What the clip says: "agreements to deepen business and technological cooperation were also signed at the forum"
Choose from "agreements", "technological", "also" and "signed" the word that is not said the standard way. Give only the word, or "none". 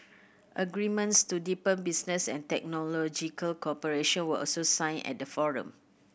signed